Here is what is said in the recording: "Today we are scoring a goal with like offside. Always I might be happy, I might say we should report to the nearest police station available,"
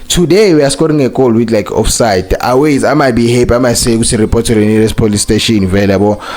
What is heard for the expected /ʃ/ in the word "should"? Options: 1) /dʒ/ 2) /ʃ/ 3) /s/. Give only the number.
3